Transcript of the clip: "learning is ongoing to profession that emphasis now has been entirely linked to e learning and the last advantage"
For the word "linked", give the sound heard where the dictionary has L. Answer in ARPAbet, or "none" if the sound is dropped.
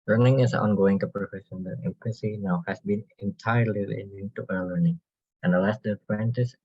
N